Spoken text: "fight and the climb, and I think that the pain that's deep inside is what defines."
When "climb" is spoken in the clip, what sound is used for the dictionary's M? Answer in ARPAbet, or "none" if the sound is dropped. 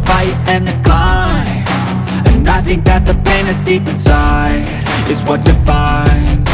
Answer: none